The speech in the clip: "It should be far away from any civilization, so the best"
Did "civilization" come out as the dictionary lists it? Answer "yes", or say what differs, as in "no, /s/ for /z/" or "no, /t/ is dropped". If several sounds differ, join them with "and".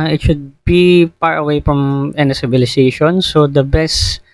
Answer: no, /b/ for /v/